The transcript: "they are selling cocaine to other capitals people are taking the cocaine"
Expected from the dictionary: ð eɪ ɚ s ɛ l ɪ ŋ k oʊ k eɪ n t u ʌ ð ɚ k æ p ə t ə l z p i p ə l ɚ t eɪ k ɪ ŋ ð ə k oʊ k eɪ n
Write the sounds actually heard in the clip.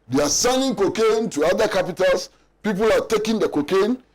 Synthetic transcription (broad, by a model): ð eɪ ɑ s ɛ n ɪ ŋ k oʊ k eɪ n t u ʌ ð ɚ k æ p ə t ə l s p i p ə l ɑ t eɪ k ɪ ŋ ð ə k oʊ k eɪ n